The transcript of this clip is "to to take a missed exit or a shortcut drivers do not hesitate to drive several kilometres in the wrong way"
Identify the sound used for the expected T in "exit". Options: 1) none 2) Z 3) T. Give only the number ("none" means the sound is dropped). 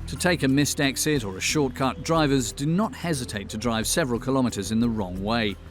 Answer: 3